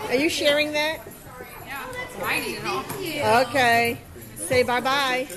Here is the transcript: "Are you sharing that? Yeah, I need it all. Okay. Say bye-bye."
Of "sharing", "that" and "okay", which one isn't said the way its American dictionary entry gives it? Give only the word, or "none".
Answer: none